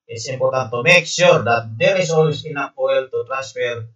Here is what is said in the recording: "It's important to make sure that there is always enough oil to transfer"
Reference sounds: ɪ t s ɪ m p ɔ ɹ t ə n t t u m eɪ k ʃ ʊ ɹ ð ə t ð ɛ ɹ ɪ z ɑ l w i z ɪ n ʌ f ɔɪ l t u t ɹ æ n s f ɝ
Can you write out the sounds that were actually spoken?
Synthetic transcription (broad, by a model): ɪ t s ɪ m p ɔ ɹ t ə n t t u m eɪ k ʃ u ɹ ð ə t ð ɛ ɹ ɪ s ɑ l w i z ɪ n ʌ p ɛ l t u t ɹ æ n s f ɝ